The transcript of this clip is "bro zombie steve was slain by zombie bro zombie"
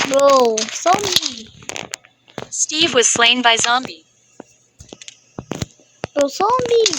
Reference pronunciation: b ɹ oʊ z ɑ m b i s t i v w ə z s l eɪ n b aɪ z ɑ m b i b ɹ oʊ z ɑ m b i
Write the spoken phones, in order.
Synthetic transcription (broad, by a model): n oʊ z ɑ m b i s t i v w ə z s l eɪ n b aɪ z ɑ m b i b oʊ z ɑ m b i